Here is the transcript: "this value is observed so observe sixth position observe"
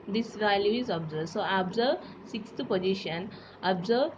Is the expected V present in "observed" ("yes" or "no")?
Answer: no